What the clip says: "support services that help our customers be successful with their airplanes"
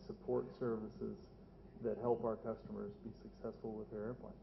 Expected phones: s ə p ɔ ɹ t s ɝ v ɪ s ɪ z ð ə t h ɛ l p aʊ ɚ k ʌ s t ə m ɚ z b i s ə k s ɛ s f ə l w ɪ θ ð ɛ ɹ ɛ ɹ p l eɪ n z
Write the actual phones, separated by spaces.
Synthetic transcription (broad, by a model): s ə p ɔ ɹ t s ɝ v ɪ s ɪ z ð ə t h ɛ l p aʊ ɚ k ʌ s t ə m ɚ z b i s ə k s ɛ s f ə l w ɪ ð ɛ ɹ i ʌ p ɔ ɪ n